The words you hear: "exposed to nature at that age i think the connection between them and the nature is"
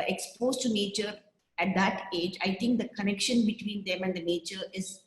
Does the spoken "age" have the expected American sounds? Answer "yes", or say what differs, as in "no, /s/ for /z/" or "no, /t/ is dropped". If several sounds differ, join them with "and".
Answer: yes